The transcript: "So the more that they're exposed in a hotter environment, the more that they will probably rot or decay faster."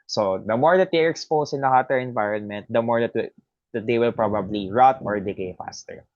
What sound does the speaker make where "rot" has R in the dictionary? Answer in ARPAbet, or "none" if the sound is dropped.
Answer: R